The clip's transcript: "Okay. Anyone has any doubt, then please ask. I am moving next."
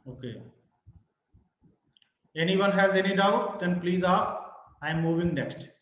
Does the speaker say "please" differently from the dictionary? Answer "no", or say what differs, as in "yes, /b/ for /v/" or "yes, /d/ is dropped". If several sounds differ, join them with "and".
no